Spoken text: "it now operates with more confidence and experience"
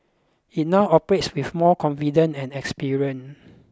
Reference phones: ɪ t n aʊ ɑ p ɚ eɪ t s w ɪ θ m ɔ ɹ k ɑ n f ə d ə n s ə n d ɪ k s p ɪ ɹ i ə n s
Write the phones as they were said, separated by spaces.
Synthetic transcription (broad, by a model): ɪ t n aʊ ɑ p ɚ eɪ t s w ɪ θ m ɔ k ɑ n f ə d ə n ə n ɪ k s p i ɹ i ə n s